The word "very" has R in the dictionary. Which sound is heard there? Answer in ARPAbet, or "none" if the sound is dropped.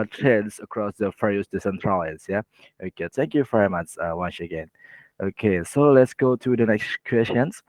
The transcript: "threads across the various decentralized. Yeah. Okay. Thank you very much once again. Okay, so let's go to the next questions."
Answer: R